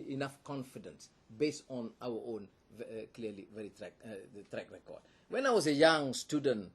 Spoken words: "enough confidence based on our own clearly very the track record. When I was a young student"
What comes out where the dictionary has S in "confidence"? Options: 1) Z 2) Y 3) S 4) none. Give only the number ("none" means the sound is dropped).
3